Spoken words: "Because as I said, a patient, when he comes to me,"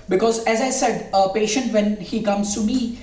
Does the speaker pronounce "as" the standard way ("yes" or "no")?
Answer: yes